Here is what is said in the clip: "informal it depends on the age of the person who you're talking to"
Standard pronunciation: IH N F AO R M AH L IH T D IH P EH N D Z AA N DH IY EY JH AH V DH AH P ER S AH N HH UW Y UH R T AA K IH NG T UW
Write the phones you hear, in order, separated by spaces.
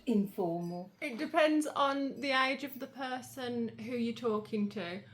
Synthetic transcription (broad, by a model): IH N F AO M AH L IH T D IH P EH N D Z N DH IY EY JH AH V DH AH P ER S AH N HH UW Y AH T AA K IH NG T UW